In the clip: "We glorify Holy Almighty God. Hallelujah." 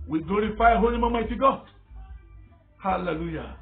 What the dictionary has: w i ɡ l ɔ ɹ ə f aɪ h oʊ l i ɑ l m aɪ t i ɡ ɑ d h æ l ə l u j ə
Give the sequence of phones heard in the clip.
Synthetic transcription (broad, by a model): w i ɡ l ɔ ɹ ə f aɪ h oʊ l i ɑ m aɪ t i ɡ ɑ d h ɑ l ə l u j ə